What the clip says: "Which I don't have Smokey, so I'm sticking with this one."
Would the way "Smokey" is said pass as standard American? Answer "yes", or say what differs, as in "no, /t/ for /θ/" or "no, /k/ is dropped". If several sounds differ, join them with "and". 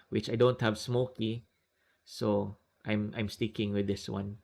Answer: yes